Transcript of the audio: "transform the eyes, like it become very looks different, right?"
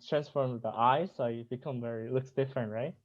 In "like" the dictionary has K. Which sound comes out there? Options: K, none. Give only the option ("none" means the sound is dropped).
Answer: none